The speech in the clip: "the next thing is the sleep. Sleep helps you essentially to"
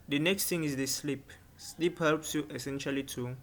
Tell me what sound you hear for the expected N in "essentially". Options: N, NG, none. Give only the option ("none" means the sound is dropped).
N